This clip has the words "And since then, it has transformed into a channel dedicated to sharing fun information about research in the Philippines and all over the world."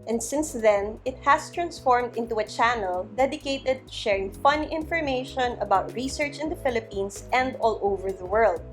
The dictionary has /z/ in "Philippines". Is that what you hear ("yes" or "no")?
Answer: no